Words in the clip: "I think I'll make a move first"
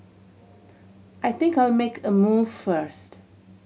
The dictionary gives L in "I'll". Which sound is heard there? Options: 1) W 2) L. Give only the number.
1